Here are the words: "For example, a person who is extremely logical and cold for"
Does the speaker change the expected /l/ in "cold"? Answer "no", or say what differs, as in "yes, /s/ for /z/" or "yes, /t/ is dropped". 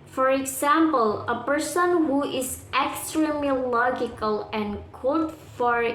yes, /l/ is dropped